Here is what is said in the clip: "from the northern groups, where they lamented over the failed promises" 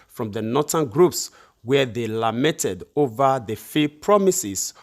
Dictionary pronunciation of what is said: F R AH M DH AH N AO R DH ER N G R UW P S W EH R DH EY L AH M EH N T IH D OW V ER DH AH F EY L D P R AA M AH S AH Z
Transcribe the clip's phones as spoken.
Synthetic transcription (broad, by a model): F R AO M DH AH N AO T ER N G R UW P S W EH DH EY L AH M EH N T IH D OW V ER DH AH F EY P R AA M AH S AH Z